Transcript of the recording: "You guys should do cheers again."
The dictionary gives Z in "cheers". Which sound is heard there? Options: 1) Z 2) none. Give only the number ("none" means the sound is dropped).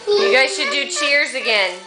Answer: 1